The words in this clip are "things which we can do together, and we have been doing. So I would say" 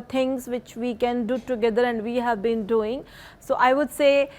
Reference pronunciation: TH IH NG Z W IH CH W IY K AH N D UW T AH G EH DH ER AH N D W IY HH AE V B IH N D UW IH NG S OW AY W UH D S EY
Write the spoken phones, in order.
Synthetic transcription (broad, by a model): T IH NG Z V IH CH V IY K AH N D UW T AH G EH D ER AH N D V IY HH AE V B IH N D UW IH NG S OW AY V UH D S EY